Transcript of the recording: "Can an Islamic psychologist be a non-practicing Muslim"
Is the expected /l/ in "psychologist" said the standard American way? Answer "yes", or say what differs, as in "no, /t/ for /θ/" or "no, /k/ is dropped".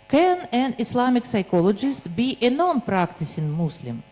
yes